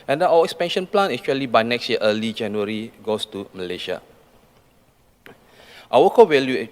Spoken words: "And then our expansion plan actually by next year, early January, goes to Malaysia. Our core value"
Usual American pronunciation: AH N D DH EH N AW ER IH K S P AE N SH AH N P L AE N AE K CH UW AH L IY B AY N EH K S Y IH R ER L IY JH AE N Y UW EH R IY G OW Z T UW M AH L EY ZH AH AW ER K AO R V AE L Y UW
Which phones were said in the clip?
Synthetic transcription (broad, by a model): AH N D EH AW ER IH K S P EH N SH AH N P L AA N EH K CH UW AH L IY B AY N EH K S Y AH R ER L IY JH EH N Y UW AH R IY G OW S T UW M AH L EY SH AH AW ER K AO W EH L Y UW